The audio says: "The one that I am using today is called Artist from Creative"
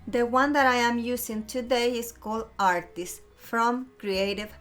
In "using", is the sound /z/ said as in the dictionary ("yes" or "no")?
no